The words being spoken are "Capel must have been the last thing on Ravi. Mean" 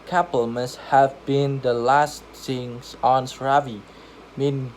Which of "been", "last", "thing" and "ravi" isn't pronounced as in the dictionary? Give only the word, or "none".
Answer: thing